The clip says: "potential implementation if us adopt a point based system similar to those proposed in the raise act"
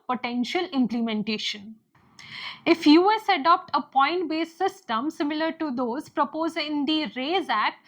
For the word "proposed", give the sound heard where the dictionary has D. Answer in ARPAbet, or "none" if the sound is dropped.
none